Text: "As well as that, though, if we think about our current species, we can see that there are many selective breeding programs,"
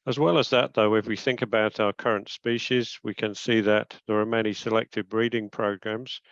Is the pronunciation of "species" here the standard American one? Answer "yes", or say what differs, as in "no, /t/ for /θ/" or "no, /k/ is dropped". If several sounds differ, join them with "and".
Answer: yes